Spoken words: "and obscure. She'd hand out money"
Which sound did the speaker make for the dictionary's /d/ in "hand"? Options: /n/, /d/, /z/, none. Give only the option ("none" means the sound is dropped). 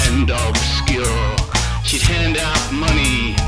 /d/